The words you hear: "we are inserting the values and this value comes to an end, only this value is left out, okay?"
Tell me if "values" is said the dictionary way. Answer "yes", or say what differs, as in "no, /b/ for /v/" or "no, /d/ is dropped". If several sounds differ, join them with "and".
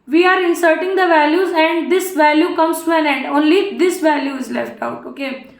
yes